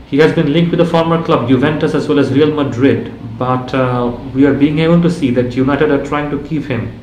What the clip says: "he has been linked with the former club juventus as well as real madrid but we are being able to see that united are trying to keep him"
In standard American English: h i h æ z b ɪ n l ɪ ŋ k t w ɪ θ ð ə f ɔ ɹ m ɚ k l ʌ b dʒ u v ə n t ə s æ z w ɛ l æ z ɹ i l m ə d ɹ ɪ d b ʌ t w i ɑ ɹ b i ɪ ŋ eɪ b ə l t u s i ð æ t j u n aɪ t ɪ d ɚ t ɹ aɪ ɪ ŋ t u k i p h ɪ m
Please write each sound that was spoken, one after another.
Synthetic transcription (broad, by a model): h i h æ z b ɪ n l ɪ ŋ k t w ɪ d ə f ɔ ɹ m ɚ k l ʌ b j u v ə n t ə s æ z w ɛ l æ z ɹ i l m ə d ɹ ɪ d b ʌ t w i ɑ ɹ b i ɪ ŋ eɪ b ə l t u s i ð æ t j u n aɪ t ɪ d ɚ t ɹ aɪ ɪ ŋ t u k i p h ɪ m